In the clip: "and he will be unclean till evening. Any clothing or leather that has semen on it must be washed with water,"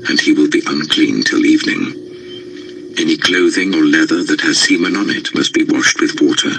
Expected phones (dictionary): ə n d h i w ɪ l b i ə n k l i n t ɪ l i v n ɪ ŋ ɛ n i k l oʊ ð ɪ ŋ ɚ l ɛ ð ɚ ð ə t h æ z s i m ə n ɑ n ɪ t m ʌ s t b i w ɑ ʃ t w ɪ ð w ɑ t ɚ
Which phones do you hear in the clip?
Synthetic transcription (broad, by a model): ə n i w ɪ l b i ə n k l i n t ɪ l i v n ɪ ŋ ɛ n i k l oʊ ð ɪ ŋ ɚ l ɛ ð ɚ ð ə t h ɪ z s i m ə n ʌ n ɪ t m ʌ s t b i w ɑ ʃ t w ɪ ð w ɑ t ɚ